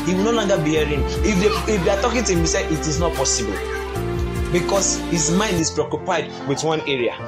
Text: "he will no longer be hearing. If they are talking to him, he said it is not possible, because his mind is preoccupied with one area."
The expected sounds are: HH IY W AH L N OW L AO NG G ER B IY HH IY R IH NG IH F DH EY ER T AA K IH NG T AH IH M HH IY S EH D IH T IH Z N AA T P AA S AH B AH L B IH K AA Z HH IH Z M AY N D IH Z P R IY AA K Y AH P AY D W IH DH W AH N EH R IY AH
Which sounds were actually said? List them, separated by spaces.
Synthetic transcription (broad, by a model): HH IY W AH L N OW L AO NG G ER B IY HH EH R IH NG IH F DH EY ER T AA K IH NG T IH M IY S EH IH T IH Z N AA T P AA S AH B AH L B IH K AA S HH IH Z M AY N D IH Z P R IY AA K Y AH P AY D W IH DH W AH N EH R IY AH